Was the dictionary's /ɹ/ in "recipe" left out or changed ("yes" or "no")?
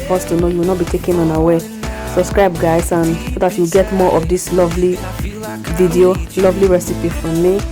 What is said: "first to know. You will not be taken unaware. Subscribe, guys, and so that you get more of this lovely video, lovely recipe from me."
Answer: no